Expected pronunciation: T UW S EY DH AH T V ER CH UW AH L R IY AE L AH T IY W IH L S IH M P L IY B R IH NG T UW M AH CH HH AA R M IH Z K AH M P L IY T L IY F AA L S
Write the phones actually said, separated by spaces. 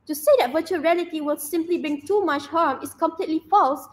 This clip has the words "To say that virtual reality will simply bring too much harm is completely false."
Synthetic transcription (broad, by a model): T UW S EY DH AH T V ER CH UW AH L R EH L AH T IY W IH L S IH M P L IY B IH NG T UW M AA CH HH AA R M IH S K AH M P L IY T L IY F AA L S